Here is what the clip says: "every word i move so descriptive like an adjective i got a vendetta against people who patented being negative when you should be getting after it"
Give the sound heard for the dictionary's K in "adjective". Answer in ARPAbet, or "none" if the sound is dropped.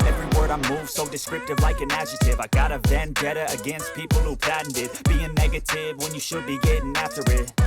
none